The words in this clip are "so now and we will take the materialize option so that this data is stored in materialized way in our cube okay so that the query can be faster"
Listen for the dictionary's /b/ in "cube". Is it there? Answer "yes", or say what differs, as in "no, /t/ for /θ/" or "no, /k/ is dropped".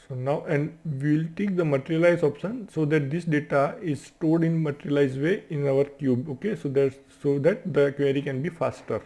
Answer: yes